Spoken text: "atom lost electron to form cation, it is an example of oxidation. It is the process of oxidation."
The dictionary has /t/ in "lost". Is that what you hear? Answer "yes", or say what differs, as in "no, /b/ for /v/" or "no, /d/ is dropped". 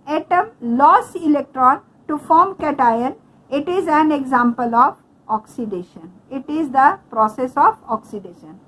no, /t/ is dropped